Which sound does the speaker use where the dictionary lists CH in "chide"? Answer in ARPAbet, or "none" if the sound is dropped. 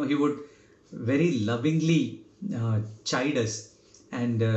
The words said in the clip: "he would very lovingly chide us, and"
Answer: CH